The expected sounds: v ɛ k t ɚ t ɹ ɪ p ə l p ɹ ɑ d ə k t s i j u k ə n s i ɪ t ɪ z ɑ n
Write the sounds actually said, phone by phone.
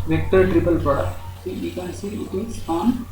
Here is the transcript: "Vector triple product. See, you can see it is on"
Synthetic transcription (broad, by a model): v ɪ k t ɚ t ɹ ɪ p ə l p ɑ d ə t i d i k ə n s i ɪ t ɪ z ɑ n